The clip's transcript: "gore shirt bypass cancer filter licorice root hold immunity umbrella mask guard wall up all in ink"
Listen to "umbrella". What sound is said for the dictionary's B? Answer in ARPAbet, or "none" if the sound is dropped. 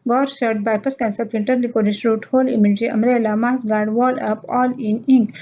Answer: none